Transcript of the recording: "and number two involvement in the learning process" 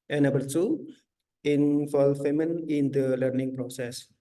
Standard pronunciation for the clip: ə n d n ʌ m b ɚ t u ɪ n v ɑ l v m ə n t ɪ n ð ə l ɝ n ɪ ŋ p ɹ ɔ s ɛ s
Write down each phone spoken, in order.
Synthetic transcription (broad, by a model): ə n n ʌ b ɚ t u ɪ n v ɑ l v m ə n ɪ n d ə l ɝ n ɪ ŋ p ɹ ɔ s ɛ s